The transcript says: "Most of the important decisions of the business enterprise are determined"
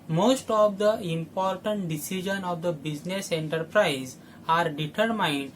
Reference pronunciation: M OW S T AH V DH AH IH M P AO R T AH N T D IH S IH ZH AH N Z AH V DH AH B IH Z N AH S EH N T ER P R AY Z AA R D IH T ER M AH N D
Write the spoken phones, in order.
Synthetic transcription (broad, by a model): M OW S T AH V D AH IH M P AO R T AH N T D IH S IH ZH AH N AH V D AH B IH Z N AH S EH N T ER P R AY Z AA R D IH T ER M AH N D